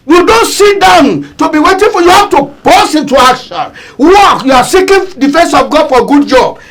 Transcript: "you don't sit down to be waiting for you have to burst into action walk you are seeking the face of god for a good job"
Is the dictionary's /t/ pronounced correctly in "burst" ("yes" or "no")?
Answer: no